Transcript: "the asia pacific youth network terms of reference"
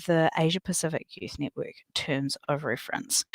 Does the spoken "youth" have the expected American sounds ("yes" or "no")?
yes